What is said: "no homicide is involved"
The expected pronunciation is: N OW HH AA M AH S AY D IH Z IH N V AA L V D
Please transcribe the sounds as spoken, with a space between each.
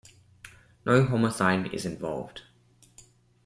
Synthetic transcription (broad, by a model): N OW HH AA M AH TH AY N IH Z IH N V AA L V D